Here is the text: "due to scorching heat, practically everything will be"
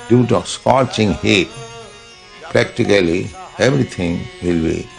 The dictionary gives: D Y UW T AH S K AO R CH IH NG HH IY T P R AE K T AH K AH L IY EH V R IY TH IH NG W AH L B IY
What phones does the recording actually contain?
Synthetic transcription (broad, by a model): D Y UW T AH S K AO R CH IH NG HH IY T P R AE K T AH K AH L IY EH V R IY T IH NG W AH L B IY